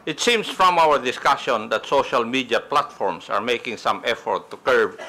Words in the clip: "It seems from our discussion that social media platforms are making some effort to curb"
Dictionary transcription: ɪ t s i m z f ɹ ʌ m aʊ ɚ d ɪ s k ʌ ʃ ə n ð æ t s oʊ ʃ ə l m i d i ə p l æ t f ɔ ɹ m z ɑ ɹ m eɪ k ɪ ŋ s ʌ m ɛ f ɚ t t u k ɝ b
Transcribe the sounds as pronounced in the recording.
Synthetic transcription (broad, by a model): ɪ t s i m s f ɹ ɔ m aʊ ɚ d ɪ s k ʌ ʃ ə n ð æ t s oʊ ʃ ə l m i d i ə p l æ t f ɔ ɹ m s ɑ ɹ m eɪ k ɪ ŋ s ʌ m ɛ f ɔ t t u k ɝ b